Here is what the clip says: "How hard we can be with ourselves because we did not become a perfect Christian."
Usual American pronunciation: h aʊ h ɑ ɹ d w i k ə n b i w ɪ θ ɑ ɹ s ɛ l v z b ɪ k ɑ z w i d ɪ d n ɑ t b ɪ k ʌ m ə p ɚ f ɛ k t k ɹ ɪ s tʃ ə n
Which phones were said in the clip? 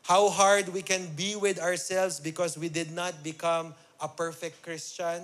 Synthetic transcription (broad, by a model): h aʊ h ɑ ɹ d w i k ə n b i w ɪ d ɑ ɹ s ɛ l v s b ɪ k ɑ s w i d ɪ d n ɑ t b ɪ k ʌ m ə p ɚ f ɛ k t k ɹ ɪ s tʃ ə n